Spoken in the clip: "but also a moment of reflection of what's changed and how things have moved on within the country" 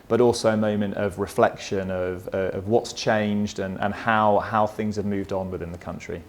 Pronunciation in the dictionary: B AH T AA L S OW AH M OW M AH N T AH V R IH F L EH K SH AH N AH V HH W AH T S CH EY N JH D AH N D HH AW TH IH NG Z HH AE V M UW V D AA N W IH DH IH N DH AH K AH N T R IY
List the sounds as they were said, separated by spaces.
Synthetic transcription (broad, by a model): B AH T AA L S OW AH M OW M AH N T AH V R IH F L EH K SH AH N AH V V W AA T S CH EY N JH D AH N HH HH AW TH IH NG Z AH V M UW V D N W IH DH IH N DH AH K AH N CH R IY